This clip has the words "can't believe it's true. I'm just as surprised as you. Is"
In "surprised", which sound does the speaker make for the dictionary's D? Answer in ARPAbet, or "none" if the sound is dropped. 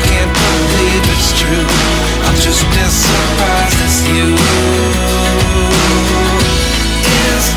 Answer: none